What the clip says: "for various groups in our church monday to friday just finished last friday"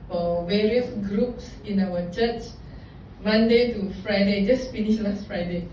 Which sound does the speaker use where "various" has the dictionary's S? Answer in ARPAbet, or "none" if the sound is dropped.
S